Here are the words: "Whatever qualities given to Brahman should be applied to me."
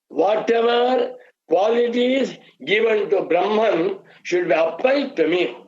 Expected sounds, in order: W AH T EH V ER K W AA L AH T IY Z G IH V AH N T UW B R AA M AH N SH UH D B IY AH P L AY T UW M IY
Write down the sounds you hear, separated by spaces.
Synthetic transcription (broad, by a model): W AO T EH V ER K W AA L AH T IY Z G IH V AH N T UW B R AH M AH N SH UH D B IY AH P AY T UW M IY